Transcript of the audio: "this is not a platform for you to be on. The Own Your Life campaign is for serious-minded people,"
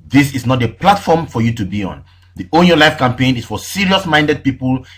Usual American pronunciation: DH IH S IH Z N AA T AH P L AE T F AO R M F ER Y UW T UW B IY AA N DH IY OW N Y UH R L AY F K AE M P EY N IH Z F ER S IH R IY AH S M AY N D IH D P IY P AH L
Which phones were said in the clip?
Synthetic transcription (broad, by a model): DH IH S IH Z N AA T AH P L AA T F AO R M F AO Y UW T UW B IY AA N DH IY OW N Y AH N L AY F K AE M P EY N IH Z F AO S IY R IY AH S M AY N D IH D P IY P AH L